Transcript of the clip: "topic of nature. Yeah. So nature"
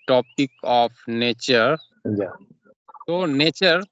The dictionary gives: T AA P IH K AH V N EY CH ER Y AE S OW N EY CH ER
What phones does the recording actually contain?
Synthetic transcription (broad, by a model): T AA P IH K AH P N EY CH ER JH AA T OW N EY CH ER